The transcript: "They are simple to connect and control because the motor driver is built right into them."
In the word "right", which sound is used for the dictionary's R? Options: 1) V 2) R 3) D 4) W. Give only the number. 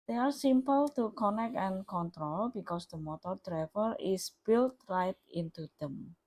2